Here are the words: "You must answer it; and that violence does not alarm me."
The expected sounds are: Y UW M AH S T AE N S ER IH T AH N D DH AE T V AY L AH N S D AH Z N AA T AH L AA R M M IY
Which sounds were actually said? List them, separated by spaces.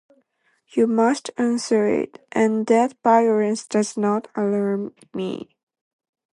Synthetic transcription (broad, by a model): Y UW M AH S T AE N S ER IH T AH N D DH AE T B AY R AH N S D AH Z N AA T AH L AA R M M IY